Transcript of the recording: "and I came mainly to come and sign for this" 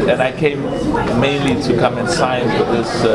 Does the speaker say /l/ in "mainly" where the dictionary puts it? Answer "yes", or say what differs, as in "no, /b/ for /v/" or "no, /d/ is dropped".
yes